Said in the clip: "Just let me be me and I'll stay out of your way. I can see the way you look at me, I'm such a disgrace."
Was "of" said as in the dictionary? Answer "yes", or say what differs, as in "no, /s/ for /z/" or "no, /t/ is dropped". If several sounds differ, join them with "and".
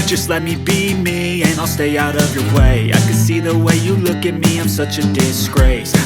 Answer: yes